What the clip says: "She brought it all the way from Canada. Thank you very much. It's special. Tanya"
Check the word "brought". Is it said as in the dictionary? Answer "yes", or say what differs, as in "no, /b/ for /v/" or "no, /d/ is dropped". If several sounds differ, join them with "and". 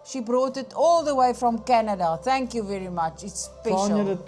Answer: yes